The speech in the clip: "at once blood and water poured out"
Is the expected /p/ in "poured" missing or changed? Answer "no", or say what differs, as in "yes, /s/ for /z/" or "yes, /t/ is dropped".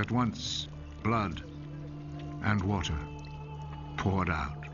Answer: no